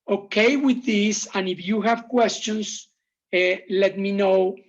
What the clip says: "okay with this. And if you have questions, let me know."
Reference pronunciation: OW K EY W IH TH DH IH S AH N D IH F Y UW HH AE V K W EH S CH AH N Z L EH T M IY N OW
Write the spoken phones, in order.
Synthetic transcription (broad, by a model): OW K EY W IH DH IH S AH N IH F Y UW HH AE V K W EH S CH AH N S L EH T M IY N OW